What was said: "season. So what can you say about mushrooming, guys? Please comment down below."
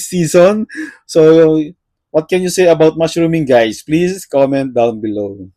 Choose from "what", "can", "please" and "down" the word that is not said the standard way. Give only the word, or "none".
please